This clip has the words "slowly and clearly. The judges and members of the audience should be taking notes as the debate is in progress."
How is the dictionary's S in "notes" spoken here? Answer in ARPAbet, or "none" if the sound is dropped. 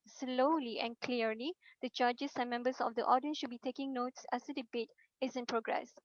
S